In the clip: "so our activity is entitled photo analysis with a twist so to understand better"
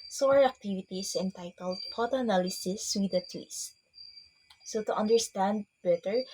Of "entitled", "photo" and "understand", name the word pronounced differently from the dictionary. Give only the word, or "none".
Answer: photo